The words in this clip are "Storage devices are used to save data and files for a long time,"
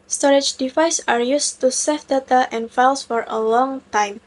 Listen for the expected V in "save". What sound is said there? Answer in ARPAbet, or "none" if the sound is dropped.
F